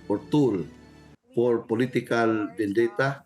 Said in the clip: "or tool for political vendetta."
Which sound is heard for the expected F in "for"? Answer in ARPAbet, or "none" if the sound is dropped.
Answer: P